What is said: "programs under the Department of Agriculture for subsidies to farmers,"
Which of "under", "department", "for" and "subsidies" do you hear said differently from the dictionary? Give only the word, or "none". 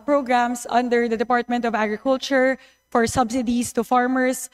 subsidies